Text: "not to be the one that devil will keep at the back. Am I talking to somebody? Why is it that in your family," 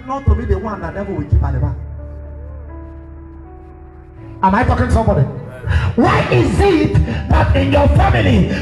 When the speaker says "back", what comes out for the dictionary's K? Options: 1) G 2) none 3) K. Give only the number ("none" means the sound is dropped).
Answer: 2